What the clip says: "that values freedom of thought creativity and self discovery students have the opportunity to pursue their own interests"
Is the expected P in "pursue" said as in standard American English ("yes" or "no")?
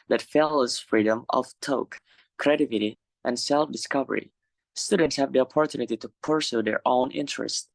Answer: yes